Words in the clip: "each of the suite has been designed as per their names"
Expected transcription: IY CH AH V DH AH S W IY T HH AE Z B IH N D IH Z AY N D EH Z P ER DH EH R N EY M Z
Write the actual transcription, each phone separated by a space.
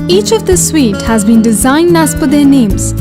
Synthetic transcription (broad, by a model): IY CH AH V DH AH S W IY T HH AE Z B IH N D IH Z AY N D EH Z F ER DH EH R N EY M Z